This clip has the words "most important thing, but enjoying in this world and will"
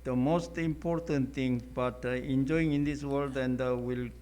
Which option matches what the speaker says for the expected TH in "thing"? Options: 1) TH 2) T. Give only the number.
2